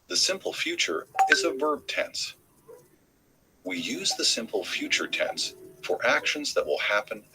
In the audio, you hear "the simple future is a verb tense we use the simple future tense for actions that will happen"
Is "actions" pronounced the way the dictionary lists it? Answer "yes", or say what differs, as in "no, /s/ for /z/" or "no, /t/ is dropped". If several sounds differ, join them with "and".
yes